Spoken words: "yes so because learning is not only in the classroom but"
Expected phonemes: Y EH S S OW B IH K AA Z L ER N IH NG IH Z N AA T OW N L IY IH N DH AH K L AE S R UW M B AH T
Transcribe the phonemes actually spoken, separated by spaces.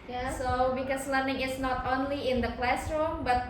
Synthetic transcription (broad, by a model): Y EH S S OW B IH K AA S L ER N IH NG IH S N AA T OW N L IY IH N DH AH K L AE S R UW M B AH T